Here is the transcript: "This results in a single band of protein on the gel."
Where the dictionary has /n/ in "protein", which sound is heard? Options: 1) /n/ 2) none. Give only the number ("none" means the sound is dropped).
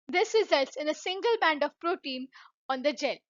1